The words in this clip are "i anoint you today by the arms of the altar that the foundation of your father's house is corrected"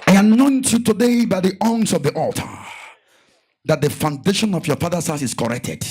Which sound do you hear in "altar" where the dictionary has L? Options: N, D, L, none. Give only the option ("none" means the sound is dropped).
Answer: L